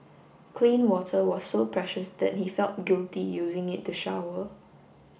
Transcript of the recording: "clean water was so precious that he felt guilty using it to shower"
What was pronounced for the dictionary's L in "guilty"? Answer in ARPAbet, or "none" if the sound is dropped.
L